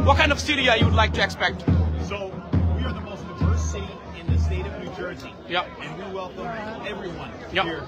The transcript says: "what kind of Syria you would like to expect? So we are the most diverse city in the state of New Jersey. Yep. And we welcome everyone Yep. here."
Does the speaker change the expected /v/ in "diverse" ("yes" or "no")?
yes